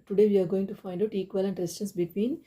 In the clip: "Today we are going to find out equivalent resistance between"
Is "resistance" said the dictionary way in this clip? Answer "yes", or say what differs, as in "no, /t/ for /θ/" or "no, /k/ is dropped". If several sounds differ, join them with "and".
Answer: no, /s/ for /z/ and /s/ is dropped